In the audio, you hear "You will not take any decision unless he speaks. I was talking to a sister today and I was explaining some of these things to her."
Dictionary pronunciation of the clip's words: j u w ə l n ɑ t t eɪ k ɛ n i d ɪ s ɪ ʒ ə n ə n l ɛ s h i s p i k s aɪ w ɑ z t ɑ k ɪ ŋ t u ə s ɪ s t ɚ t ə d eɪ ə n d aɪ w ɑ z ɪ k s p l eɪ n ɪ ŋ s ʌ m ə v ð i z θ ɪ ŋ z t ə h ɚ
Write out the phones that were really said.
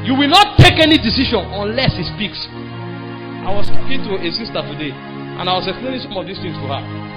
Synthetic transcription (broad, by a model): j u w ə l n ɑ t t eɪ k ɛ n i d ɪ s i ʃ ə n ə n l ɛ s h i s p i k s aɪ w ɑ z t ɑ k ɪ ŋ t u ə s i s t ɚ t ə d eɪ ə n aɪ w ɑ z ɪ k s p l eɪ n ɪ ŋ s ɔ m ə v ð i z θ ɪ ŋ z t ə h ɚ